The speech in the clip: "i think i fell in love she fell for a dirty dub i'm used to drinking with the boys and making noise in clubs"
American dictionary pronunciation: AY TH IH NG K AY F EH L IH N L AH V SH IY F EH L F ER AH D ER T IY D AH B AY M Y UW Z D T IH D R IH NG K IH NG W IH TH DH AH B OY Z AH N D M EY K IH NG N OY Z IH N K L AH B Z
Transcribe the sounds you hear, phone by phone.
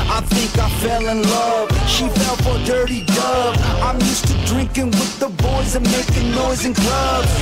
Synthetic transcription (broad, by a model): AY TH IH NG K AY F EH L IH N L AH V SH IY F EH L F ER D ER T IY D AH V AY M Y UW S T IH D R IH NG K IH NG W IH DH AH B OY Z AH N M EY K IH NG N OY Z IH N K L AH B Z